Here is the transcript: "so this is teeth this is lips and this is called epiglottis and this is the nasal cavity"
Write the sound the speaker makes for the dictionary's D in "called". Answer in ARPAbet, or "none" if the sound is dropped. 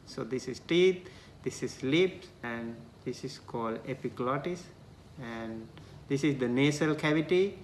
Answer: D